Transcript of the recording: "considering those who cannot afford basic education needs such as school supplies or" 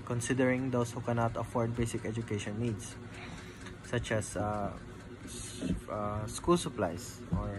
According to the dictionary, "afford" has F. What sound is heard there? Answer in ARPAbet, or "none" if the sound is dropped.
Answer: F